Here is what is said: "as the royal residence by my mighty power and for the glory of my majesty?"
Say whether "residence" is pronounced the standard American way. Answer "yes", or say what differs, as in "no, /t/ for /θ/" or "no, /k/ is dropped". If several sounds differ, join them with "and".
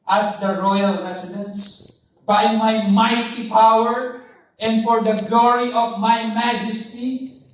no, /s/ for /z/